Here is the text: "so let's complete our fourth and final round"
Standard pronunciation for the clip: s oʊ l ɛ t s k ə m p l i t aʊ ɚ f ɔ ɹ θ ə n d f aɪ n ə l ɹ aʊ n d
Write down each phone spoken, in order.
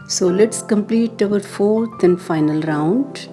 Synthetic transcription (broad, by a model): s oʊ l ɛ t s k ə m p l i t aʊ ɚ f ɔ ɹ t ə n d f aɪ n ə l ɹ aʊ n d